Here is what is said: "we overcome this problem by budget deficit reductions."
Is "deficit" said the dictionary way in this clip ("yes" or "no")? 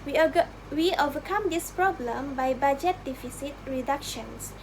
yes